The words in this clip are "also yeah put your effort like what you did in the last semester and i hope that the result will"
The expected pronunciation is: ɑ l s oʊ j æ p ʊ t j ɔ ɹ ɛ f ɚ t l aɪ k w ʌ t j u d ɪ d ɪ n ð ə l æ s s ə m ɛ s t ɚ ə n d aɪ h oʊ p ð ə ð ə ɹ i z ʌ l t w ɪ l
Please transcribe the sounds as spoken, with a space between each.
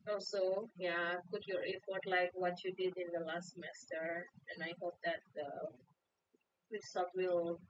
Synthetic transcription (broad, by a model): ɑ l s oʊ j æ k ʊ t j ɔ ɹ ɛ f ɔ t l aɪ k w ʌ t j u d ɪ d ɪ n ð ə l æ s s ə m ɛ s t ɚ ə n aɪ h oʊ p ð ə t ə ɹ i s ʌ t w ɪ l